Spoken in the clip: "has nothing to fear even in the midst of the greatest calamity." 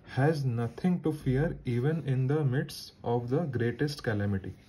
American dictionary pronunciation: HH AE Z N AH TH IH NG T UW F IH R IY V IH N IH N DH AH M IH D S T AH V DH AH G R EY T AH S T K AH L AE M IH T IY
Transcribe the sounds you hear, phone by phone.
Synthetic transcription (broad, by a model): HH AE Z N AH T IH NG T UW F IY R IY V IH N IH N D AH M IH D S AH V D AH G R EY T AH S T K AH L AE M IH T IY